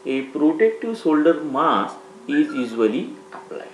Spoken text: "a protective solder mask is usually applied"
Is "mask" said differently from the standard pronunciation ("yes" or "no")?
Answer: yes